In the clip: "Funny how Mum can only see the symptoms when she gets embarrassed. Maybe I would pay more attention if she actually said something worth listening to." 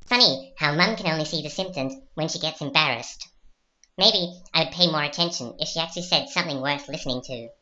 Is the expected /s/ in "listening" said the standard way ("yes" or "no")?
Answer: yes